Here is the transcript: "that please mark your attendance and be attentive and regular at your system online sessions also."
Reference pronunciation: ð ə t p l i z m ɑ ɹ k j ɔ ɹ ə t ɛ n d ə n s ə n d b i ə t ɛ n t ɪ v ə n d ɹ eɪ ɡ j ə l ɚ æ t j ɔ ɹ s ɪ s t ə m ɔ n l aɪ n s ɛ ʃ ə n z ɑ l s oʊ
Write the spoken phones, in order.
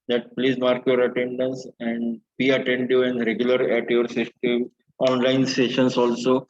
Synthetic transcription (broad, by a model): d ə t p l i z m ɑ ɹ k j ɔ ɹ ə t ɛ n d ə n s ə n d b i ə t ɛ n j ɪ ə n d ɹ eɪ ɡ j ə l ɚ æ t j ɔ ɹ s ɪ s t ə m ɔ n l aɪ n s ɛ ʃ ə n s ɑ l s oʊ